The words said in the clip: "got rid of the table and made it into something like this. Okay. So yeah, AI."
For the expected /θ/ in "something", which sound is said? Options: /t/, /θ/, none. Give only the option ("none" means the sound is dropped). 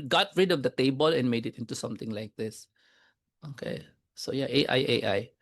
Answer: /t/